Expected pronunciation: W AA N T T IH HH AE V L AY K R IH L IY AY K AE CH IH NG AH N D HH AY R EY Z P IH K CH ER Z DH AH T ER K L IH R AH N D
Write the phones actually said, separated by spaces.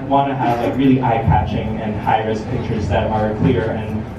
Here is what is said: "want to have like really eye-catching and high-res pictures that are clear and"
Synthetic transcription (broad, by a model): W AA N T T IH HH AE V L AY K R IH L IY AY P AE CH IH NG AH N HH AY R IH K P IH K CH ER Z DH AH T ER K L IH R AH N